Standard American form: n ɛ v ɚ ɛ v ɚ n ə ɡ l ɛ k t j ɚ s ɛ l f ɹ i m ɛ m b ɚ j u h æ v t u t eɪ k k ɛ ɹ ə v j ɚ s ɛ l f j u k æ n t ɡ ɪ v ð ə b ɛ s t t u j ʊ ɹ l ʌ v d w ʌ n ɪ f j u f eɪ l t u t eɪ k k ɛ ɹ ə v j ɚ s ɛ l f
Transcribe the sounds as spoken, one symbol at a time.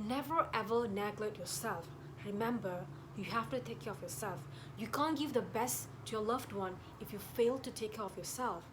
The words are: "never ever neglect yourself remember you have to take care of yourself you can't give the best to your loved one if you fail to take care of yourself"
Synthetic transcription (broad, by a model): n ɛ v ɚ ɛ v ɚ n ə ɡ l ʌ t j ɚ s ɛ l f ɹ i m ɛ m b ɚ j u h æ f t u t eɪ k k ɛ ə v j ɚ s ɛ l f j u k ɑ n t ɡ ɪ v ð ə b ɛ s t t u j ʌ l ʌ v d w ʌ n ɪ f j u f eɪ l t u t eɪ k k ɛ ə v j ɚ s ɛ l f